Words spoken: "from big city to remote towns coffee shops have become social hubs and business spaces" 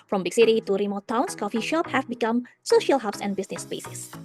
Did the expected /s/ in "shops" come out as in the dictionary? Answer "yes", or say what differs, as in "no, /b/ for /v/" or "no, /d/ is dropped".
no, /s/ is dropped